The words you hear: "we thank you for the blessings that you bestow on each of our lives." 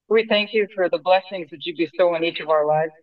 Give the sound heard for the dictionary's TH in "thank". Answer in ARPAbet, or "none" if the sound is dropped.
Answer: TH